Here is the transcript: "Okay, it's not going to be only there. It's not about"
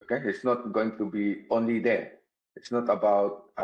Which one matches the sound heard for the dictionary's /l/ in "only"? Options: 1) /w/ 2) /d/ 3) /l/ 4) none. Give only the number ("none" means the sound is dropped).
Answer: 3